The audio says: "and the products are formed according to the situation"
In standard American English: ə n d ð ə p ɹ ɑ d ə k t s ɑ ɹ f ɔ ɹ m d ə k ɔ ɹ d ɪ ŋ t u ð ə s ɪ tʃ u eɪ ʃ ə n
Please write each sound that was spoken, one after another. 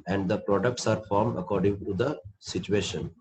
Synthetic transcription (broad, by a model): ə n d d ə p ɹ ɑ d ə k t s ɑ ɹ f ɔ ɹ m d ə k ɔ ɹ d ɪ ŋ t u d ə s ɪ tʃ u eɪ ʃ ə n